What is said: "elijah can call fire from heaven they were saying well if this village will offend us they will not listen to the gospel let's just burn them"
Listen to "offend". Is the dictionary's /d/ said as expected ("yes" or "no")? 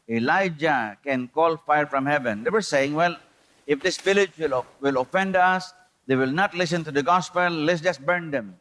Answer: yes